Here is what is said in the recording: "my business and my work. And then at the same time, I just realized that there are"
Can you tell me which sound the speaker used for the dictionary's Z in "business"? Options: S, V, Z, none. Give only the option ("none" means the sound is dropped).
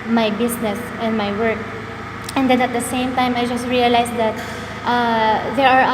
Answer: S